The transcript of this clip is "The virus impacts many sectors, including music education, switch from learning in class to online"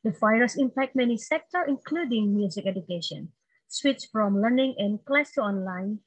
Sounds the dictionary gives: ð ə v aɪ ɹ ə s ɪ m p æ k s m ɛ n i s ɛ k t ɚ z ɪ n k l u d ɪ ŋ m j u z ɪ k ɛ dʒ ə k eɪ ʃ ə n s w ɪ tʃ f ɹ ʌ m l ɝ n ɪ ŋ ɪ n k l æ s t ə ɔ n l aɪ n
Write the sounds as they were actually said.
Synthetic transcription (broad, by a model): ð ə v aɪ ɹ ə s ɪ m p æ k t m ɛ n i s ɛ k t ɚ ɪ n k l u d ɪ ŋ m j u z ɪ k ɛ dʒ ə k eɪ ʃ ə n s w ɪ tʃ f ɹ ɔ m l ɝ n ɪ ŋ ɪ n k l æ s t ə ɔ n l aɪ n